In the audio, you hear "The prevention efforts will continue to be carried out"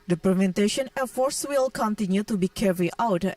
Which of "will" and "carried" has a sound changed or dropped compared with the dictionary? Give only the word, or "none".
carried